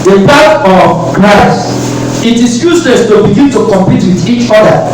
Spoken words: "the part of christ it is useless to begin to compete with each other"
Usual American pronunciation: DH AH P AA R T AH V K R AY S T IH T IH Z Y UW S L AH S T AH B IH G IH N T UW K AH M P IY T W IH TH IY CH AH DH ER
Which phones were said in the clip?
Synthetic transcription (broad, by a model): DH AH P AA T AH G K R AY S IH T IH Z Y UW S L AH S T AH B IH G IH N T UW K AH M P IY T W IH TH IY CH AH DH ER